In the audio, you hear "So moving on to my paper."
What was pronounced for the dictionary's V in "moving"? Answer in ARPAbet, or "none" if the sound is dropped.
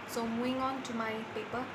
none